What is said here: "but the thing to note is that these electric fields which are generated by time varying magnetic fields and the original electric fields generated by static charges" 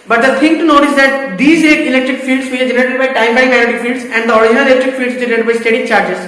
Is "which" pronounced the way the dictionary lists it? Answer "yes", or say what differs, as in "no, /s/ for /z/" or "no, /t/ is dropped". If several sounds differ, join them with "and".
no, /tʃ/ is dropped